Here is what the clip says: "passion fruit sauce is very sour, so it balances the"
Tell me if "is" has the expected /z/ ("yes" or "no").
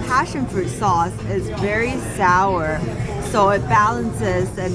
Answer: yes